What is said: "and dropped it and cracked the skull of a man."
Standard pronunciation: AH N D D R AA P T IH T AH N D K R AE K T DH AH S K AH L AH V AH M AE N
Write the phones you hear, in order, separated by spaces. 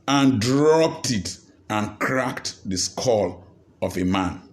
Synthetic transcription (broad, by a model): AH N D D R AA P T IH T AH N K R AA K T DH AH S K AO L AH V AH M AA N